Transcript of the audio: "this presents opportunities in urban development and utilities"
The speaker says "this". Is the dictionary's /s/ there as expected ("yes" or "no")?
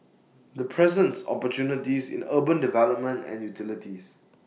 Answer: no